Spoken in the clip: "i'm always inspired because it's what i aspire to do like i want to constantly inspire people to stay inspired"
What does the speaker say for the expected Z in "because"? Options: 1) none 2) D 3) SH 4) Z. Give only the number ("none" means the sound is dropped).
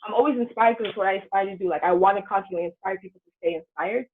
1